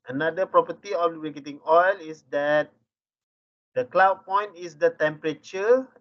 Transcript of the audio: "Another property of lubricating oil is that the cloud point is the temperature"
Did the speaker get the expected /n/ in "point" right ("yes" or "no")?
yes